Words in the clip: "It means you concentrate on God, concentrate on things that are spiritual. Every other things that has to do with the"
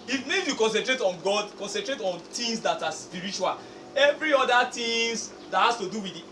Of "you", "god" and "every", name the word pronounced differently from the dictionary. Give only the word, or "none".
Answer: none